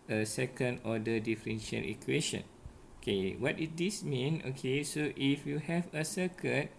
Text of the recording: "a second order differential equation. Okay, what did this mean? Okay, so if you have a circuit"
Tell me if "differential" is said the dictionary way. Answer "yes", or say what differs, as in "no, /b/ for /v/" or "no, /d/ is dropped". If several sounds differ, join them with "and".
no, /n/ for /l/